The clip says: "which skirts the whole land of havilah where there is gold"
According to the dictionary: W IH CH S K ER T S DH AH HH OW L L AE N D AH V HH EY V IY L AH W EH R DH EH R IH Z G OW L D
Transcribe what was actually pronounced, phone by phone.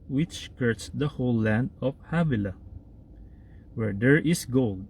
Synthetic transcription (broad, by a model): W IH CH K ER T S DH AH HH OW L L AE N D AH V HH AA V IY L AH W EH R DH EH R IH S G OW L D